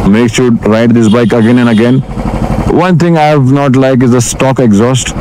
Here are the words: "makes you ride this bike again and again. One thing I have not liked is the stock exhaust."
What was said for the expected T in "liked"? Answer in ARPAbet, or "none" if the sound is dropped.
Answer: none